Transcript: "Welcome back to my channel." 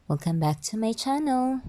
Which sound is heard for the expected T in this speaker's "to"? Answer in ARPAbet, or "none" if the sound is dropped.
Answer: T